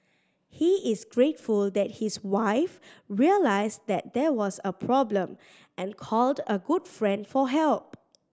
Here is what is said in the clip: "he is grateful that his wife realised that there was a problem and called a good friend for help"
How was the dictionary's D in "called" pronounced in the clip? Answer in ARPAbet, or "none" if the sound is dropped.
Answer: D